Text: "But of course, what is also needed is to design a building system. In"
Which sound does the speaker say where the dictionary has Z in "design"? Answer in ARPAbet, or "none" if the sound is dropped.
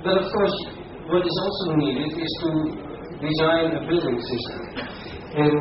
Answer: Z